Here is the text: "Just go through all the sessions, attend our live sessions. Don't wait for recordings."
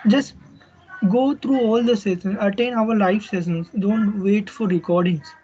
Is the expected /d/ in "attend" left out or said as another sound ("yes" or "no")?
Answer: yes